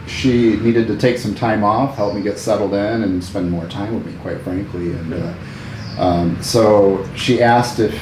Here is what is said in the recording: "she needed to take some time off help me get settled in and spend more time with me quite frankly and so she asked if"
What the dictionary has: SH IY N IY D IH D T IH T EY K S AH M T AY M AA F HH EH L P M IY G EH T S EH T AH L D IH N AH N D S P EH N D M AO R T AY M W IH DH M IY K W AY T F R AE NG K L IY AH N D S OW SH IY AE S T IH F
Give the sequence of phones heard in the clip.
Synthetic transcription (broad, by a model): SH IY N IY D IH D T IH T EY K S AH M T AY M AA F HH EH L P M IY G EH T S EH T L D IH N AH N S P EH N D M AO R T AY M W IH DH M IY K W AY T F R AE NG K L IY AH N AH S OW SH IY AE S T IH F